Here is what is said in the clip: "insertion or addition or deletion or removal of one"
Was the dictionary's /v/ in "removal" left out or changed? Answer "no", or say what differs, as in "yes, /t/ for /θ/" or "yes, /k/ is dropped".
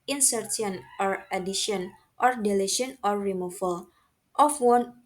yes, /f/ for /v/